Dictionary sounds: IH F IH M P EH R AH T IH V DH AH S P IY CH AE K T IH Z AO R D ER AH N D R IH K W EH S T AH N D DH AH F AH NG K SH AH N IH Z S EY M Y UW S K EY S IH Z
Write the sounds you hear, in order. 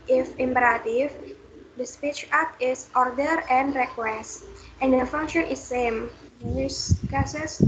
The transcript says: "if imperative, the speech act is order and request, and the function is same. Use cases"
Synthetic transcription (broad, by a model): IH F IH M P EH R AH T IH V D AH S P IY CH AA T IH S AO R D ER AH N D R IH K W EH S T AH N D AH F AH NG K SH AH N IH S EY M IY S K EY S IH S